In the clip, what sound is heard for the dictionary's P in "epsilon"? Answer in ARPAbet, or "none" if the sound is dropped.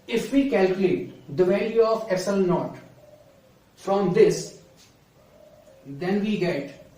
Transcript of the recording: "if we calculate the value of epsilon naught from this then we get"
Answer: none